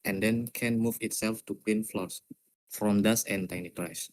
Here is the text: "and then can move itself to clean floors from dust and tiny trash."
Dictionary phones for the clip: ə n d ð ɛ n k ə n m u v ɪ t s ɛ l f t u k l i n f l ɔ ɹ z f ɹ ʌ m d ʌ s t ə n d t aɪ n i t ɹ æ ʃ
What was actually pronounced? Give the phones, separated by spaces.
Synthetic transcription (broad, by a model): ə n d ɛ n k ə n m u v ɪ t s ɛ l f t u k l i n f l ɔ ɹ s f ɹ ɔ m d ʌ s ə n t aɪ n i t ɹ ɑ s